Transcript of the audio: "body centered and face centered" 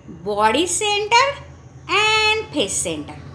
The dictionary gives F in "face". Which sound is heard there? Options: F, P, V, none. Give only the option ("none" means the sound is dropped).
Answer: P